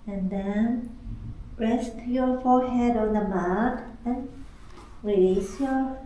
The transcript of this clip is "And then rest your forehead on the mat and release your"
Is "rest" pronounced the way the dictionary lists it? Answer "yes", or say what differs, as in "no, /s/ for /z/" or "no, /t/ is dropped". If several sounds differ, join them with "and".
yes